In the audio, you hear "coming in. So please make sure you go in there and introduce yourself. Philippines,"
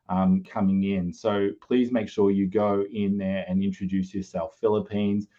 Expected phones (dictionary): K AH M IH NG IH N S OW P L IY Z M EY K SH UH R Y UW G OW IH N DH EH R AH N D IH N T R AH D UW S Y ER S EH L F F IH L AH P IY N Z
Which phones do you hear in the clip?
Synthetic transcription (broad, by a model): K AH M IH NG IH N S OW P L IY Z M EY K SH UH R Y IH G OW IH N DH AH R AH N IH N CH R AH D UW S Y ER S EH L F F IH L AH P IY N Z